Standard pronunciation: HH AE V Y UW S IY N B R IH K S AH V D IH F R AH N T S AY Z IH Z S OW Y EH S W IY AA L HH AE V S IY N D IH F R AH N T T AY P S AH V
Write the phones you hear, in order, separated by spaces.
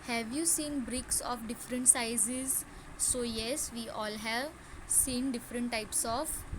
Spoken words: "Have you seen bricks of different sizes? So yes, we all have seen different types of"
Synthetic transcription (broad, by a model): HH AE V Y UW S IY N B R IH K S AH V D IH F R AH N T S AY Z IH Z S OW Y EH S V IY AA L HH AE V S IY N D IH F R AH N T T AY P S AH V